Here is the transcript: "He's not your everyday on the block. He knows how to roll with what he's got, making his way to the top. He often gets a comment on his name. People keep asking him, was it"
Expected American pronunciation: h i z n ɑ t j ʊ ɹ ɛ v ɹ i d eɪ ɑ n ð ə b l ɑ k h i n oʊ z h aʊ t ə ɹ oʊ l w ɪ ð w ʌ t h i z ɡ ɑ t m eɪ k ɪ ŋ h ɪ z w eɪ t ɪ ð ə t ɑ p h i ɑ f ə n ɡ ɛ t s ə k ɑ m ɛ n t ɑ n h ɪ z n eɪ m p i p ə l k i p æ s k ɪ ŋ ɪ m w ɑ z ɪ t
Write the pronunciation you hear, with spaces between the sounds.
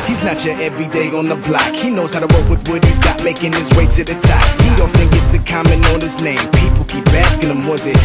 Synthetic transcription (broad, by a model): h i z n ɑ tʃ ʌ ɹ ɛ v ɹ i d eɪ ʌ n ð ə b l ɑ k h i n oʊ z h aʊ t ə w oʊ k w ɪ ð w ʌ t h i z ɡ ɑ t m eɪ k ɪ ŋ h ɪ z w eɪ s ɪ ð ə t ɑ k h i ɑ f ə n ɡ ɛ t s ə k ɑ m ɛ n ɑ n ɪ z n eɪ m p i p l k i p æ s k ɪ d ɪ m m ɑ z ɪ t